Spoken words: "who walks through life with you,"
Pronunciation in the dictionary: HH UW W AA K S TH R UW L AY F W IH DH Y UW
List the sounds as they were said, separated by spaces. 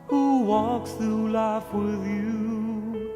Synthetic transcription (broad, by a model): HH UW W AA K S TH UW L AY F W IH DH Y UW